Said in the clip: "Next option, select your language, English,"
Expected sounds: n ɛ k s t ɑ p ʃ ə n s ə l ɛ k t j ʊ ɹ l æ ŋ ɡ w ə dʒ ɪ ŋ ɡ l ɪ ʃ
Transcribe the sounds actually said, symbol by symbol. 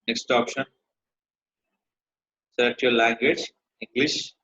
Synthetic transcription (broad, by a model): n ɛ k s t ɑ p ʃ ə n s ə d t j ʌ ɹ l æ ŋ ɡ w ə dʒ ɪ ŋ ɡ l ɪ ʃ